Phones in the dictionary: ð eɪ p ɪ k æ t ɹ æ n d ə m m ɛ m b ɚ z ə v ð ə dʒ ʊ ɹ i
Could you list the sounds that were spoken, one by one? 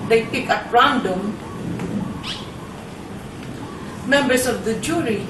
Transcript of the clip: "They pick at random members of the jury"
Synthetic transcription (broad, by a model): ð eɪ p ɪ k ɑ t ɹ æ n d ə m m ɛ m b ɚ s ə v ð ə dʒ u ɹ i